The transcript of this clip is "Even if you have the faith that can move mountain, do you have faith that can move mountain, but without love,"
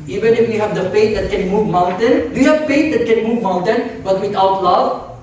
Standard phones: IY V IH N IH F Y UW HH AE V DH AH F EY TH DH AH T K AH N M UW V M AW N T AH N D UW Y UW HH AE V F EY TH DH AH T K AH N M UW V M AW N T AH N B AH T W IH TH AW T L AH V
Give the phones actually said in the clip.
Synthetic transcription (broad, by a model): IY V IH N IH F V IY HH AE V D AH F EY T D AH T K AH N M UW V M AW N T AH N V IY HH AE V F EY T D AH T K AH N M UW V M AW N T AH N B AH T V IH T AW T L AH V